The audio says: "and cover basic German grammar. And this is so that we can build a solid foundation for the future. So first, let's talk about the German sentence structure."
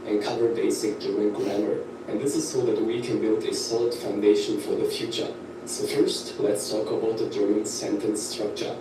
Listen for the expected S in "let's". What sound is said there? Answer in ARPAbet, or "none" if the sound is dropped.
S